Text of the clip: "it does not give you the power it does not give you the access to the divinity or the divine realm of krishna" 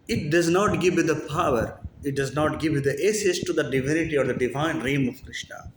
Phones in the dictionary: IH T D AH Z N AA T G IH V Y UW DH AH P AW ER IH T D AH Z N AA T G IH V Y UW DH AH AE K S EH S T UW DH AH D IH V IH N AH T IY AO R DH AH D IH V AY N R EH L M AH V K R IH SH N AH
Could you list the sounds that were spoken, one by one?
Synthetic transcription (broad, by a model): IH T D AH Z N AA T G IH V Y UW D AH P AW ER IH T D AH Z N AA T G IH V Y UW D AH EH S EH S T UW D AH D IH V IH N AH T IY AO R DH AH D IH V AY N R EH M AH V K R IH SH N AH